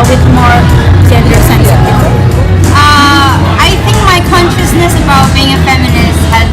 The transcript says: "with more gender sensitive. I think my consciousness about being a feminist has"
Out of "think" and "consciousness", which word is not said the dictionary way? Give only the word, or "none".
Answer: none